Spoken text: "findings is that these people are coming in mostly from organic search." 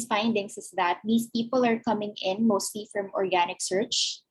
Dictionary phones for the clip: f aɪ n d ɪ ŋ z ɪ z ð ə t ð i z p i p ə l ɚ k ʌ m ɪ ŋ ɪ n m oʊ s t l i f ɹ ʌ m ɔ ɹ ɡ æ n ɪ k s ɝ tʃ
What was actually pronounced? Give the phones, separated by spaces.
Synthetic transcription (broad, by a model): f aɪ n d ɪ ŋ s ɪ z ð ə t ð i s p i p ə l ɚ k ʌ m ɪ ŋ ɪ n m oʊ s t l i f ɹ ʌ m ɔ ɹ ɡ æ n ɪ k s ɝ tʃ